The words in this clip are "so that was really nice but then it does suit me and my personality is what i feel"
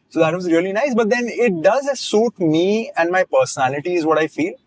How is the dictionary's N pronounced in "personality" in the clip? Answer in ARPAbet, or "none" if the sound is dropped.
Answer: N